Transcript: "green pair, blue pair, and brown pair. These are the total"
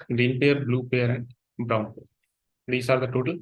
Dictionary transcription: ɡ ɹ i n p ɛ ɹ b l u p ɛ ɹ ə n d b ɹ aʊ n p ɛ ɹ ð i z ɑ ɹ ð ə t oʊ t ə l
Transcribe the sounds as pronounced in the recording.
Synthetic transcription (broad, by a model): ɡ ɹ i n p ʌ ɹ b l u p ɛ ɹ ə n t b ɹ aʊ n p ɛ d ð i s ɑ ɹ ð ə t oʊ t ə l